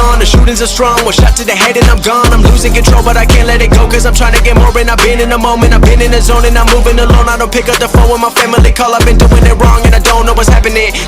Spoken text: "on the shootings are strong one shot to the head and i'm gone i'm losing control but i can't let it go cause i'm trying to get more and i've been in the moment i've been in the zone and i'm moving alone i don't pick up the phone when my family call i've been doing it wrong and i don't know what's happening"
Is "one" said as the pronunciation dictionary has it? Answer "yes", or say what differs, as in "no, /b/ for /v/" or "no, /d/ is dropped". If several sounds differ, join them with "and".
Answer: no, /l/ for /n/